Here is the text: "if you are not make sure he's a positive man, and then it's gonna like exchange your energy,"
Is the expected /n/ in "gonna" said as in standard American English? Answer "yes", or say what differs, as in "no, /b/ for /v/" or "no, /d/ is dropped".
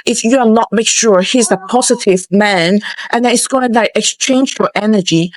no, /n/ is dropped